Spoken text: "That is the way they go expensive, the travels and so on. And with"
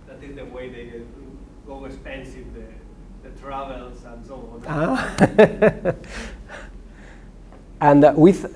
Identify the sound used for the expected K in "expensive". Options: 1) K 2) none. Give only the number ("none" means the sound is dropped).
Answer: 2